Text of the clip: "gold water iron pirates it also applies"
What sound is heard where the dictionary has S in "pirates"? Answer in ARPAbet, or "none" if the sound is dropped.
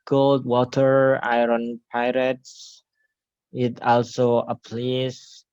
S